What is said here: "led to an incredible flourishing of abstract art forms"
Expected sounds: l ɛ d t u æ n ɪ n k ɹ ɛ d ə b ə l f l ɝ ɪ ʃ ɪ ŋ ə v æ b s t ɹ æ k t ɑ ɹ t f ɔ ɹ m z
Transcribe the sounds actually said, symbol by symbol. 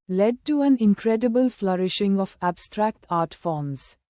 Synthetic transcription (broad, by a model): l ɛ d t u æ n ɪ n k ɹ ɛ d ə b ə l f l ɝ ɪ ʃ ɪ ŋ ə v æ b s t ɹ æ k t ɑ ɹ t f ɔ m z